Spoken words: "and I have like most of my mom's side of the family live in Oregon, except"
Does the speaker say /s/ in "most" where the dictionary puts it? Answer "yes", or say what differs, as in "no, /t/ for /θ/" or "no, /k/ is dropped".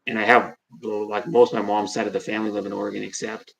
yes